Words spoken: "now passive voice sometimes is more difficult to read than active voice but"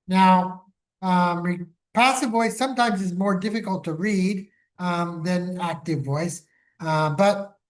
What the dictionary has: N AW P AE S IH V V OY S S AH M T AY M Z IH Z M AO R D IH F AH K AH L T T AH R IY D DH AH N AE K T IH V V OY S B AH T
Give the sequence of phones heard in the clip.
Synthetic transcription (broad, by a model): N AW P AE S IH V V OY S S AH M T AY M Z IH Z M AO R D IH F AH K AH L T T AH R IY D DH AH N AE K T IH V V OY S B AH T